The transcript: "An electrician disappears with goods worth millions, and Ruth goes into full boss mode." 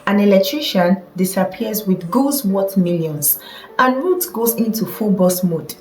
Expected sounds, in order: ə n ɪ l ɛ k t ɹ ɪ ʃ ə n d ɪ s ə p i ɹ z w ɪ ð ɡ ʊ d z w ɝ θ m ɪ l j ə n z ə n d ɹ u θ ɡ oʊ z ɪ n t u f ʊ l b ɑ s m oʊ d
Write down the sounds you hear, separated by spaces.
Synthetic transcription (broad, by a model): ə n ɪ l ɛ k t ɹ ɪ ʃ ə n d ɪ s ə p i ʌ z w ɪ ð ɡ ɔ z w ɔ t m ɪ l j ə n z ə n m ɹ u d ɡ oʊ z ɪ n t u f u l b ɑ s m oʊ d